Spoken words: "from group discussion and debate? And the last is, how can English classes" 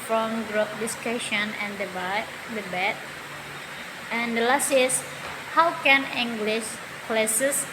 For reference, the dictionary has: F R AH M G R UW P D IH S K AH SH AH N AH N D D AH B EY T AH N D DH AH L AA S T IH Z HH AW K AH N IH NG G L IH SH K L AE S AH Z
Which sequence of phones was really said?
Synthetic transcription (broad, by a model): F R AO M G R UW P D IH S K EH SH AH N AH N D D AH B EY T AH N D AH L AA S T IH S HH AW K AH N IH NG G L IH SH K L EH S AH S